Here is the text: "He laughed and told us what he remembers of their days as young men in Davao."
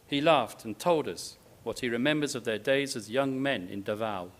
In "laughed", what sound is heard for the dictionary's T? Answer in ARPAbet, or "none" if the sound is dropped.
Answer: T